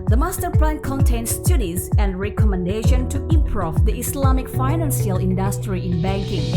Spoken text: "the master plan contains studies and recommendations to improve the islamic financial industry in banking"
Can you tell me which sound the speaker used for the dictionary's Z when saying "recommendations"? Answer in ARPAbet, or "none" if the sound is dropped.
none